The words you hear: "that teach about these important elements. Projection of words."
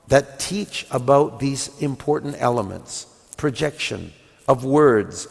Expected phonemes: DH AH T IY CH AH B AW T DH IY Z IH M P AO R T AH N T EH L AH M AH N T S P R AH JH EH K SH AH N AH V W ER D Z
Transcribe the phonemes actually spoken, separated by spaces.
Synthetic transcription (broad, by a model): DH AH T IY CH AH B AW T DH IY Z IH M P AO R T N T EH L AH M AH N T S P R AH JH EH K SH AH N AH V W ER D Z